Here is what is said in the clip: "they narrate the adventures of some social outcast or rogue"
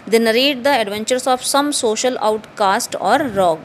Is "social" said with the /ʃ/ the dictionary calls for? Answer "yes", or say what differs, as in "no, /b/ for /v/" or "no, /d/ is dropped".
yes